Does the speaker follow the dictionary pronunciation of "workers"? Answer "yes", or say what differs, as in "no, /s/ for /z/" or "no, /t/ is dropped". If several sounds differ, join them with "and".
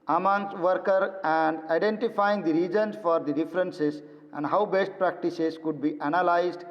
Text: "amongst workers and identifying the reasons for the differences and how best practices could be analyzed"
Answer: no, /z/ is dropped